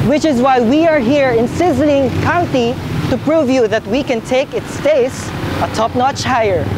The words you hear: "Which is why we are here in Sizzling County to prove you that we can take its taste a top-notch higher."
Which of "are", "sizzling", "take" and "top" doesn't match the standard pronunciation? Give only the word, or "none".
none